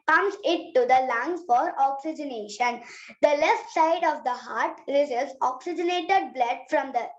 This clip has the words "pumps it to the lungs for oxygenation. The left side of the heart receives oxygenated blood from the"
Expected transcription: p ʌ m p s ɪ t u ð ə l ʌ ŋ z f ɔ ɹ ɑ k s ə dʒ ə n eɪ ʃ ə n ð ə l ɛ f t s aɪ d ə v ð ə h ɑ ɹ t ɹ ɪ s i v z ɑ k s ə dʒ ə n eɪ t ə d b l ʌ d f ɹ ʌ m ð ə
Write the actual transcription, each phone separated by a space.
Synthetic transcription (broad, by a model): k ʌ m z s ɪ t u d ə l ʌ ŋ f ɔ ɹ ɑ k s ə dʒ ə n eɪ ʃ ə n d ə l ɛ f t s aɪ d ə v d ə h ɑ ɹ t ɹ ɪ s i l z ɑ k s ə dʒ ə n eɪ t ə d b l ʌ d f ɹ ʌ m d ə